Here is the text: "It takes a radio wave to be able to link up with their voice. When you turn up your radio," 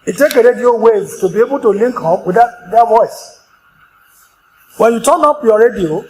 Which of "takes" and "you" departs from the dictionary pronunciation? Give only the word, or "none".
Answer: takes